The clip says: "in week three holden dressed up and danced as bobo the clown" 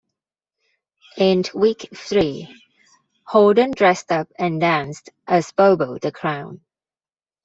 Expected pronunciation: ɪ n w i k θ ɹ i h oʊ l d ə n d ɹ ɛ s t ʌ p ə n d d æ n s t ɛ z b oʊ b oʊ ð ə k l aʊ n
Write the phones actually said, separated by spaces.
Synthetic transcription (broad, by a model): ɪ n w i k θ ɹ i h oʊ d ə n d ɹ ɛ s t ʌ p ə n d d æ n s t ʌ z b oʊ b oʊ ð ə k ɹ aʊ n